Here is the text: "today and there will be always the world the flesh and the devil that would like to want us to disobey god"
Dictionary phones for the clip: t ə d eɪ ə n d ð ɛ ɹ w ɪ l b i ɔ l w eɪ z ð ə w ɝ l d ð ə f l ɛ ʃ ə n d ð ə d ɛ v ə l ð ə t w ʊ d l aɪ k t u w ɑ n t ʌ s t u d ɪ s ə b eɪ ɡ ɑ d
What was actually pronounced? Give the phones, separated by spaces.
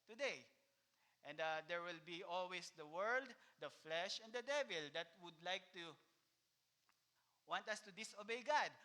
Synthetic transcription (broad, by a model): t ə d eɪ ə n d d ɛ ɹ w ɪ l b i ɔ l w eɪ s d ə w ɝ l d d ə f l ɛ ʃ ə n d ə d ɛ v ə l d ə t w ʊ d l aɪ k t u w ɑ n t ʌ s t u d ɪ s ə b eɪ ɡ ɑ d